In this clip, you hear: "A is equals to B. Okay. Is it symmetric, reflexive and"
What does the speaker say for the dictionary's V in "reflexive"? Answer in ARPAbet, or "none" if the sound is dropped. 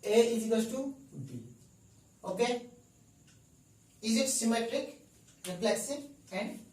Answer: none